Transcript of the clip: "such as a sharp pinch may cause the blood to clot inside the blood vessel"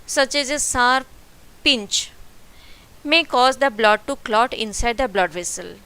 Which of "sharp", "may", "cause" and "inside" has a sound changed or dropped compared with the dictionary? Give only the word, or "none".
sharp